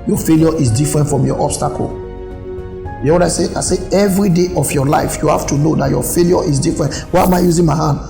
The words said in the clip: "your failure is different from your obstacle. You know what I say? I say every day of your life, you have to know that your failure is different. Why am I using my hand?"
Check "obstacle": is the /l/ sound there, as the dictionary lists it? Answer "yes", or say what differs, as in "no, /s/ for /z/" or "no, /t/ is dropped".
yes